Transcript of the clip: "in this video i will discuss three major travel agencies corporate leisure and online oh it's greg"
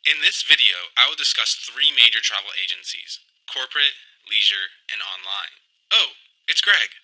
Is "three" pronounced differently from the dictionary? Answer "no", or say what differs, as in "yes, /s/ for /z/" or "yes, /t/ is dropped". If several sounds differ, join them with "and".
no